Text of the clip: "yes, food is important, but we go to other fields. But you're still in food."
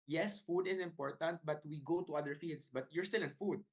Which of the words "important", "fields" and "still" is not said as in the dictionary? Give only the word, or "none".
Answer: fields